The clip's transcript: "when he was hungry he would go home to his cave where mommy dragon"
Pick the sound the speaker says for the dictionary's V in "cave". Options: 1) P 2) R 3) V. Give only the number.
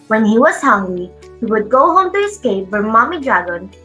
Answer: 1